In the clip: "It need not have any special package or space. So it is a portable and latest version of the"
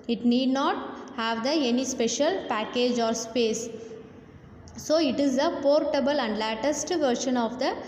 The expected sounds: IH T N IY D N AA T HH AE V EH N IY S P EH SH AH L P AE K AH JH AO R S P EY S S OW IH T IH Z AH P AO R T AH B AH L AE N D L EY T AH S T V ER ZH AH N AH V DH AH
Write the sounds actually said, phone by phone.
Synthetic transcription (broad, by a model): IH T N IY D N AA T HH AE V EH N IY S P EH SH AH L P AE K AH JH AO R S P EY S S OW IH T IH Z AH P AO R T AH B AH L AE N D L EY T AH S T V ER SH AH N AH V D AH